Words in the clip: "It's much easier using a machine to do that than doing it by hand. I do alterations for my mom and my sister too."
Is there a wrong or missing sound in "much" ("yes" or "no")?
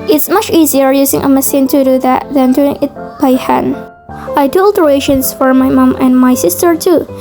no